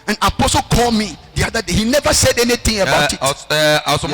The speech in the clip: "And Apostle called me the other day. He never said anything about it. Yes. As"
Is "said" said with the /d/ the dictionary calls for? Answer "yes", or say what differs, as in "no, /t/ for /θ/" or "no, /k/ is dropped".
yes